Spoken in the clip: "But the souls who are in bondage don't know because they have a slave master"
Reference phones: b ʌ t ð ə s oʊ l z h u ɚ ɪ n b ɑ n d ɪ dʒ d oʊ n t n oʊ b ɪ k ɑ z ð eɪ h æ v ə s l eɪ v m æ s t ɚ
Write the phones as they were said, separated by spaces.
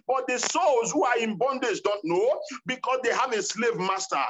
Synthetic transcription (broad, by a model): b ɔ t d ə s oʊ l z h u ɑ ɪ n b ɑ n d ɪ dʒ d oʊ n t n oʊ b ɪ k ɑ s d eɪ h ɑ v ə s l eɪ v m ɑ s t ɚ